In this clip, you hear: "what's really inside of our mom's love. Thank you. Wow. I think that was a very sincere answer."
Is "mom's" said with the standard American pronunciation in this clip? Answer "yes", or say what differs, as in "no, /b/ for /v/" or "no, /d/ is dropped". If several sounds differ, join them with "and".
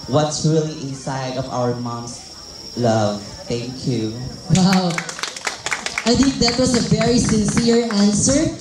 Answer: no, /s/ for /z/